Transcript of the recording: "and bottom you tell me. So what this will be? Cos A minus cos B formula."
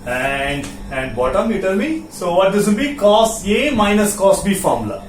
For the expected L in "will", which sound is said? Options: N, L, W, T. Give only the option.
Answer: N